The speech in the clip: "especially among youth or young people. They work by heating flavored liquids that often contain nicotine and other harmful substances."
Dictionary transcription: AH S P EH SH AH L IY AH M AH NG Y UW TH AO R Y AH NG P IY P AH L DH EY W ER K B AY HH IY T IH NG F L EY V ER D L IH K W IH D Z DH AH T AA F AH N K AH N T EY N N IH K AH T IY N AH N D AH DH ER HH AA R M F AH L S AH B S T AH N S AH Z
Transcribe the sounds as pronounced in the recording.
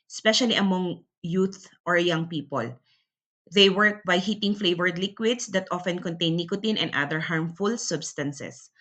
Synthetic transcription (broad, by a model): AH S P EH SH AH L IY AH M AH NG Y UW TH AO R Y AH NG P IY P AH L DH EY W ER K B AY HH IY T IH NG F L EY V ER D L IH K W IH D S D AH T AA F AH N K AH N T EY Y N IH K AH T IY N AH N D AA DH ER HH AA R M F AH L S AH B S T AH N S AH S